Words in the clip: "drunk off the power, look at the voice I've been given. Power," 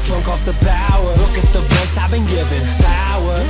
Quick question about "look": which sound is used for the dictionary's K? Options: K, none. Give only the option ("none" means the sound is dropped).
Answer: K